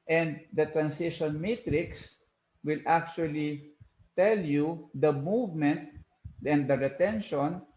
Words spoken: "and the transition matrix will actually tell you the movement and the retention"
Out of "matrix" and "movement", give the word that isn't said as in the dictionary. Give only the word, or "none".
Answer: none